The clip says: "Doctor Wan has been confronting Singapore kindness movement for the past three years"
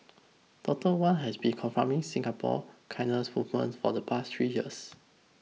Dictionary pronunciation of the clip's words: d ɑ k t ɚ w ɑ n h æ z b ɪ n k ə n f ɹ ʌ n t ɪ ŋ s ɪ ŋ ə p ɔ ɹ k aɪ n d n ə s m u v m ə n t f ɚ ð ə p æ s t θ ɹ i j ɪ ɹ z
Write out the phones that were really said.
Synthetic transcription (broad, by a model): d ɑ t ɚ w ɑ n h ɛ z b ɪ n k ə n f ɹ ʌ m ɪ ŋ s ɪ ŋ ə p ɔ k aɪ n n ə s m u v m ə n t f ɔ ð ə p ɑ s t ɹ i j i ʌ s